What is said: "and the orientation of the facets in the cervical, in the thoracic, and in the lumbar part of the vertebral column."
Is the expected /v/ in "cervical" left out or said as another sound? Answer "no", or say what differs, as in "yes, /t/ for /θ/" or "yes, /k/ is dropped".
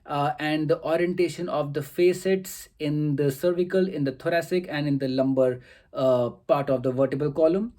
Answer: no